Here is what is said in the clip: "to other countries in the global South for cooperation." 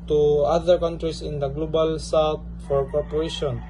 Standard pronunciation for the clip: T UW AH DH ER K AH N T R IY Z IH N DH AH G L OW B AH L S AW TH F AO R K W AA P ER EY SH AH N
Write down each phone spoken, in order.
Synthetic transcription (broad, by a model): T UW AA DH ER K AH N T R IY S IH N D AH G L OW B AH L S AW T F AO R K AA P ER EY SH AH N